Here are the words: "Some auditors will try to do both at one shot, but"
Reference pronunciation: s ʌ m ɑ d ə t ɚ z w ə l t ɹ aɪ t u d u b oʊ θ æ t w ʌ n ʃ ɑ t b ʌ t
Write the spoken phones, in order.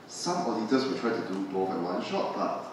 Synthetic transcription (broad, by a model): s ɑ m ɑ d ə t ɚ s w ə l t ɹ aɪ t u d u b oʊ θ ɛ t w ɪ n ʃ ɑ t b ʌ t